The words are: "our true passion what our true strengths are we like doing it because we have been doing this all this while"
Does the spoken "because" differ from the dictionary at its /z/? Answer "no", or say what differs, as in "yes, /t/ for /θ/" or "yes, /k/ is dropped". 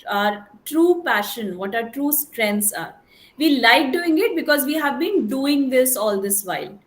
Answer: no